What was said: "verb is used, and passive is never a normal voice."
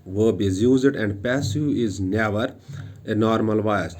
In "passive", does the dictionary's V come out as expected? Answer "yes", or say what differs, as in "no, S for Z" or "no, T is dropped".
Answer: no, V is dropped